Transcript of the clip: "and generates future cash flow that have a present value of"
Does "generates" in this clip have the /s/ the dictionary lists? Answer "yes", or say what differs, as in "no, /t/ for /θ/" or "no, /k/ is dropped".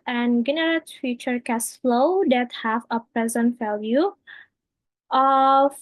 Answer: no, /s/ is dropped